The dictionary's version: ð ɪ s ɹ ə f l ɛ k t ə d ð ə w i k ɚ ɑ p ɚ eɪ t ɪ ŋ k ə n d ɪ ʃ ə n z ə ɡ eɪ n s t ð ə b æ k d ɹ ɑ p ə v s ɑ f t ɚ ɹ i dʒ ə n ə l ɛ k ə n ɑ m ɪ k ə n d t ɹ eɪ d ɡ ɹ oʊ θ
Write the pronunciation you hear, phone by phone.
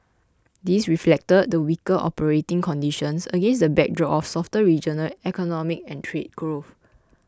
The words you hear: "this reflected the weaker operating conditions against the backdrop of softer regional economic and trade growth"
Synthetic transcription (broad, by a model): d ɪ s ɹ ə f l ɛ k t ə d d ə w i k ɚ ɑ p ɚ eɪ t ɪ ŋ k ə n d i ʃ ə n s ə ɡ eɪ n s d ə b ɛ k d ɹ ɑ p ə f s ɑ f t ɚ ɹ i dʒ ə n ə l ɛ k ə n ɑ m ɪ k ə n t ɹ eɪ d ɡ ɹ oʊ f